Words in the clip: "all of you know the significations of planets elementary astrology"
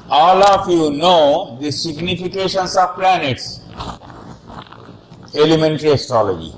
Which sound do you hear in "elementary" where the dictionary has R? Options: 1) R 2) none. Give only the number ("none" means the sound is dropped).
1